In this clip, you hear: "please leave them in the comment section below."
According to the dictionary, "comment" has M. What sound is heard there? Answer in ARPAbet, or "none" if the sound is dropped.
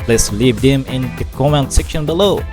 none